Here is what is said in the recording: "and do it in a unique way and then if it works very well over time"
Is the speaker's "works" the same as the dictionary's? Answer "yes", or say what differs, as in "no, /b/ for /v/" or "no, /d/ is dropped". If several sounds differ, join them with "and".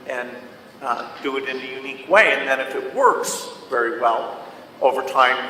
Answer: yes